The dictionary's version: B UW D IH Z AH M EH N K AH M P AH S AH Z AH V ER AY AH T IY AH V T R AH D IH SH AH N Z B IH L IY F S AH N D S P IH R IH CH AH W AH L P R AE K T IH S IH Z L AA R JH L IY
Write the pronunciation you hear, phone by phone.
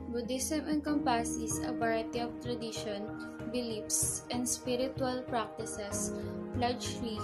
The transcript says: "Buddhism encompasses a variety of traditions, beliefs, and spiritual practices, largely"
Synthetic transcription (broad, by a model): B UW D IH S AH M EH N K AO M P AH S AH S AH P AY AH T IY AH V T R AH D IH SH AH N B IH L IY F S AH N D S P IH R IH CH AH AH L P R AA K T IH S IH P L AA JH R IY